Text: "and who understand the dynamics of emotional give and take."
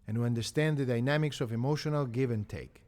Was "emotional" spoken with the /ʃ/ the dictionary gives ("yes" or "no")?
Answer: yes